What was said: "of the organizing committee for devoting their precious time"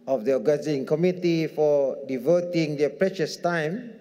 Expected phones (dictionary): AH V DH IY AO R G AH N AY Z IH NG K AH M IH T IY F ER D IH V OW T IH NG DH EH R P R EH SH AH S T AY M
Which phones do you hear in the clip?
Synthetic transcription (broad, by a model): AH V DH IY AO G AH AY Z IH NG K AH M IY T IY F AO D IH V OW T IH NG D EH P R EH SH AH S T AY M